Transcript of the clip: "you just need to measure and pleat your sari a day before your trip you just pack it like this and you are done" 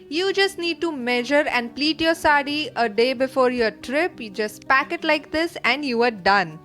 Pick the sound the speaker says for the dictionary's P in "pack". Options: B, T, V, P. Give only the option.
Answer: P